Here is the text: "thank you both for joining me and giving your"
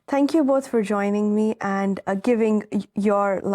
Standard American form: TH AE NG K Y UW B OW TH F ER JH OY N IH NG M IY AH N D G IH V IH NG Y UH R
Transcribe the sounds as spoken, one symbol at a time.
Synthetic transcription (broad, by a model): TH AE NG K Y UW B OW TH F ER JH OY N IH NG M IY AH N G IH V IH NG Y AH R